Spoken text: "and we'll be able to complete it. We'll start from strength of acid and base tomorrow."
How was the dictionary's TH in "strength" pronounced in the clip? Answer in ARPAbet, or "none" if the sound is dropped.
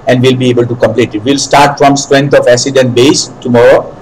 T